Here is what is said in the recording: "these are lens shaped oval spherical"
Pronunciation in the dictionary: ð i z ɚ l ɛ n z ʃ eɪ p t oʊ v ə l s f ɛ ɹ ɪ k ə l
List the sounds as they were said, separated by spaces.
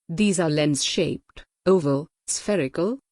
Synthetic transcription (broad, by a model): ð i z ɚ l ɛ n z ʃ eɪ p t oʊ v ə l s f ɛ ɹ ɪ k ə l